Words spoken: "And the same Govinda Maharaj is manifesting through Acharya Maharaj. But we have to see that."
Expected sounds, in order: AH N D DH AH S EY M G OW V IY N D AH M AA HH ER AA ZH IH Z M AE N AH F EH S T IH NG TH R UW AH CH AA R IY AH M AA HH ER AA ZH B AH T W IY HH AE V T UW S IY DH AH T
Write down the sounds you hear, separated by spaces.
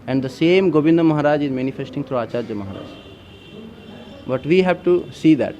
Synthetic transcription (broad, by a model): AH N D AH S EY M G OW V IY N D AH M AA HH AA AA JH IH Z M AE N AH F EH S T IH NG T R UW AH CH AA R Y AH M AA HH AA AA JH B AH T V IY HH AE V T UW S IY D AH T